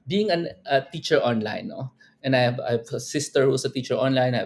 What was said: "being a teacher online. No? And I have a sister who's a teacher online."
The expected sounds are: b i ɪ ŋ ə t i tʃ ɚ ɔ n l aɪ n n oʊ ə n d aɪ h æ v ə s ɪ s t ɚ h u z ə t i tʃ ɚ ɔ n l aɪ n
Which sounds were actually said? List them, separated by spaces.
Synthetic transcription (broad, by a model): b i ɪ ŋ ə t i tʃ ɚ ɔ n l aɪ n n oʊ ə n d aɪ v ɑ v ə s ɪ s t ɚ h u s ə t i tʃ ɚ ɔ n l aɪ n